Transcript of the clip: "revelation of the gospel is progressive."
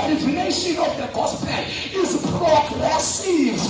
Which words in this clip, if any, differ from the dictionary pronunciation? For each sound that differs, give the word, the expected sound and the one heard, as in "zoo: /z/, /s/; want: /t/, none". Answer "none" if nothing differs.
gospel: /l/, /n/